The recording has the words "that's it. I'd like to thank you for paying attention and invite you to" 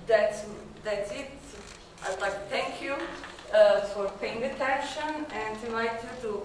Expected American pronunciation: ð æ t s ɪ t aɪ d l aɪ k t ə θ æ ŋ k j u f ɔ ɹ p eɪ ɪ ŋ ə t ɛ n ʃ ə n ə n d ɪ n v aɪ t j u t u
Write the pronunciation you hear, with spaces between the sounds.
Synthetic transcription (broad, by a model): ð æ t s ɪ t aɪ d l aɪ k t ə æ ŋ k j u f ɔ ɹ p eɪ ɪ ŋ ə t ɛ n ʃ ə n ə n d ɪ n aɪ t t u